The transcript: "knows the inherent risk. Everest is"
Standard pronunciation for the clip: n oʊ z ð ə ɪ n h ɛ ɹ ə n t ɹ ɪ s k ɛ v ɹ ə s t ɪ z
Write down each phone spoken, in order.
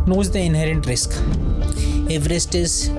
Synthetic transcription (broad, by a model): n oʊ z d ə ɪ n h ɛ ɹ ə n t ɹ ɪ s k ɛ v ɹ ə s t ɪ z